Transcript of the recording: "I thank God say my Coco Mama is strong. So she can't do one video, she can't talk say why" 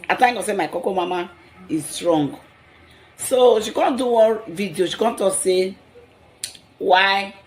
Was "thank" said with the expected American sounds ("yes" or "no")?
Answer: no